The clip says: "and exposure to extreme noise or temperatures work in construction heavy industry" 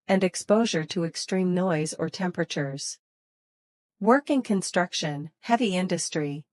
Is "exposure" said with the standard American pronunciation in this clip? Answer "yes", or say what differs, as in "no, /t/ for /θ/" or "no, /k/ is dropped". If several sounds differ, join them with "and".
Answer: yes